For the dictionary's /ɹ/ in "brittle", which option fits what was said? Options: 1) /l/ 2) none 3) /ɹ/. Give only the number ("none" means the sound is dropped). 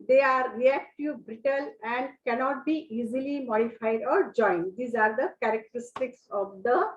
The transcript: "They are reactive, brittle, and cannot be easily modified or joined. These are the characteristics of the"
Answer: 3